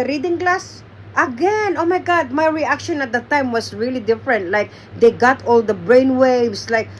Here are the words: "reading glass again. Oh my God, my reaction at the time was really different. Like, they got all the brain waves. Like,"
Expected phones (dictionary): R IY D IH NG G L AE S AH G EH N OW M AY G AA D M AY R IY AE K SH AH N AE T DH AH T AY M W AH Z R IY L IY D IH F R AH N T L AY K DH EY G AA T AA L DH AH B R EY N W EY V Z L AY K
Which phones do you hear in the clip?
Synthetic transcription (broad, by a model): R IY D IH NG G L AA S AH G EH N OW M AY G AA D M AY R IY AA K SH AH N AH T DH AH T AY M W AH S R IY L IY D IH F R AH N T L AY K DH EY G AA T AA L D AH B R EY N W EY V S L AY K